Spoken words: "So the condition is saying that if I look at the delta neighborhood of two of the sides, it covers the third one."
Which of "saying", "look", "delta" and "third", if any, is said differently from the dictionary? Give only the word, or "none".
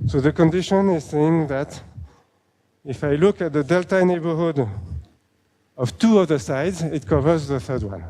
none